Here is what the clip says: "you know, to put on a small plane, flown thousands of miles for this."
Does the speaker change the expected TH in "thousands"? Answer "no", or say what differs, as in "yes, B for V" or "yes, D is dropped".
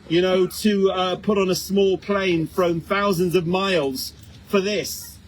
no